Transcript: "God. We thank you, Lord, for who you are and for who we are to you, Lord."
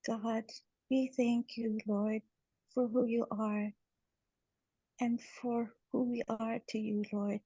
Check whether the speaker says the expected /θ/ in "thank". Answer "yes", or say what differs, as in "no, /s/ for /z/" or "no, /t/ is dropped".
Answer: yes